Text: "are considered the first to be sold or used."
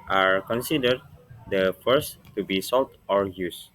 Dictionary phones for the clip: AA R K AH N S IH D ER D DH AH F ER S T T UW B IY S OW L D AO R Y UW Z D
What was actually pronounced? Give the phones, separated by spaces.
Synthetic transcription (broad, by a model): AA R K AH N S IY D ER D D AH F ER S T T UW B IY S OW L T AO R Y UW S